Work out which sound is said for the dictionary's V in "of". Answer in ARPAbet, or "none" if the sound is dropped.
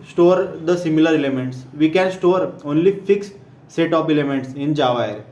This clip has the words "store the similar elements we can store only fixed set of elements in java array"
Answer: P